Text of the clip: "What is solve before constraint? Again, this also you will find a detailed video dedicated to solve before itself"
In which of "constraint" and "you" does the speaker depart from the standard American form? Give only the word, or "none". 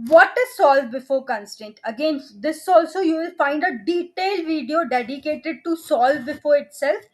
constraint